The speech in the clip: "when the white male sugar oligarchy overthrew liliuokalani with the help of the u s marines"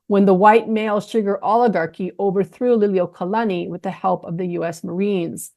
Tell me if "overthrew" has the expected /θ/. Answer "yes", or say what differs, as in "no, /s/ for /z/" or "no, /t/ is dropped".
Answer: yes